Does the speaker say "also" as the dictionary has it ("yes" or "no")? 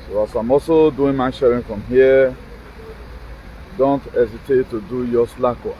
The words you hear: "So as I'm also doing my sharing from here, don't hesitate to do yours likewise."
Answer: no